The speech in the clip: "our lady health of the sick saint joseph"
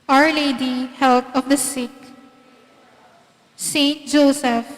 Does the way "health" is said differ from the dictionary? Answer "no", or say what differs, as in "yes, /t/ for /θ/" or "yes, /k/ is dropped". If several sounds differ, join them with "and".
yes, /t/ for /θ/